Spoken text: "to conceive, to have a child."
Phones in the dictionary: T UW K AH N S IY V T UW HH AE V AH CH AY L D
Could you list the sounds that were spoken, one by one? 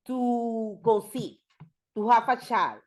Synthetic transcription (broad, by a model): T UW K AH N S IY T UW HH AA F AH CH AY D